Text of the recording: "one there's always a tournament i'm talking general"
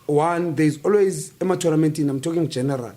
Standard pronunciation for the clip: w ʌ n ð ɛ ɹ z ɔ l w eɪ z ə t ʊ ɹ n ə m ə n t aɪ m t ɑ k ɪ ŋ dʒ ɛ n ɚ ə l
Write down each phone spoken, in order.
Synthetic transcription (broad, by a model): w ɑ n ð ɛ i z ɔ l w eɪ z ə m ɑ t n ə m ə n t aɪ m t ɑ k ɪ ŋ dʒ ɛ n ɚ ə l